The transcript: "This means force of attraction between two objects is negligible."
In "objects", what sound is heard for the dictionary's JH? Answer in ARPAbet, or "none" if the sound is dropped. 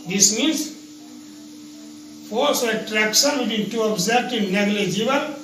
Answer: Z